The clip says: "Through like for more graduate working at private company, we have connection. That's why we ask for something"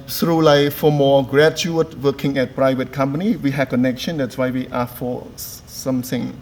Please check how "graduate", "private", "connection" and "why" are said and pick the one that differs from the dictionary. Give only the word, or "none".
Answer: graduate